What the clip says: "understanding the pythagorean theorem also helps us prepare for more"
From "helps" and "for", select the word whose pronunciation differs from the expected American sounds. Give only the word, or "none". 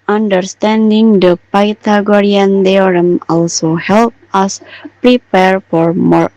helps